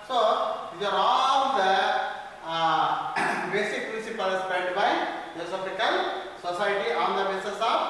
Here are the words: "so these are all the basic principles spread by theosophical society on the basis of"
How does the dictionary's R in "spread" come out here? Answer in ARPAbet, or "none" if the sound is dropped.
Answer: none